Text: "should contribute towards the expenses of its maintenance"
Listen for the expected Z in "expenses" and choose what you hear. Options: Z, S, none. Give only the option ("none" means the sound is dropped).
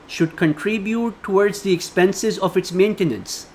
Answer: Z